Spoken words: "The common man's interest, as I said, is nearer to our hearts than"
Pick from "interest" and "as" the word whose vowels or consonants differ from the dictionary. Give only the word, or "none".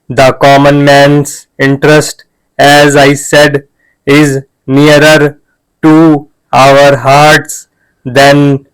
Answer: none